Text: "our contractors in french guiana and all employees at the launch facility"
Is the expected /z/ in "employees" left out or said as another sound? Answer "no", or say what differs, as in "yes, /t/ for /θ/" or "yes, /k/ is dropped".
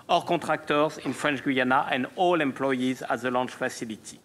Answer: no